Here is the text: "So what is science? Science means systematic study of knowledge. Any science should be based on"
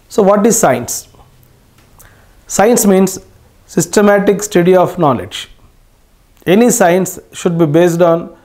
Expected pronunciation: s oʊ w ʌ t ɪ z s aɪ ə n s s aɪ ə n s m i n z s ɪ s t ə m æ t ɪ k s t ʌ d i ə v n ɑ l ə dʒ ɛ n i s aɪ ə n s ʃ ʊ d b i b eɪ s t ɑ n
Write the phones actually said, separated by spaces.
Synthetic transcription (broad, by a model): s oʊ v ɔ t ɪ z s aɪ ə n s s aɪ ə n s m i n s s ɪ s t ə m æ t ɪ k s t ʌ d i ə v n ɑ l ə dʒ ɛ n i s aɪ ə n s ʃ ʊ d b i b eɪ s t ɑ n